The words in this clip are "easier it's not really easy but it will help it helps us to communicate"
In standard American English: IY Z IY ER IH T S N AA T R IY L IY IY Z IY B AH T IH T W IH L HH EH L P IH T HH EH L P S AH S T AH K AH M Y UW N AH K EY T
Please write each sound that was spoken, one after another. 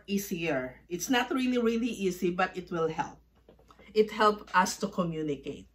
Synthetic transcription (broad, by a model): IY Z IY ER IH T S N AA T R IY L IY IY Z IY B AH T IH T W IH L HH EH L P IH T HH EH L P AH S T AH K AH M Y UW N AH K EY T